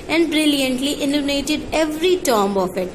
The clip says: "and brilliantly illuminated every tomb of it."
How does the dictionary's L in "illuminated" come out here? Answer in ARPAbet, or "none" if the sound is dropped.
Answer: N